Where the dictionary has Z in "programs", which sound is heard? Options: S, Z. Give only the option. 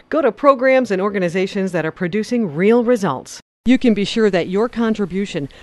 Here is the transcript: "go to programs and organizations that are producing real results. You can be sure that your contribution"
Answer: Z